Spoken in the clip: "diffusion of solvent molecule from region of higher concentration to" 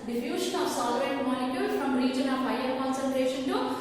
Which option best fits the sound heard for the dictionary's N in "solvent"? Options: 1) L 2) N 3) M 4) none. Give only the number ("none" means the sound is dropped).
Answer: 4